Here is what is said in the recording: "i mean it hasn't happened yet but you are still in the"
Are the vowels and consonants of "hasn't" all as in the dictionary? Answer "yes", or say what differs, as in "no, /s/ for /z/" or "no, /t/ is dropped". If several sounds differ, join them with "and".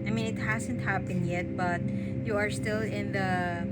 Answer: yes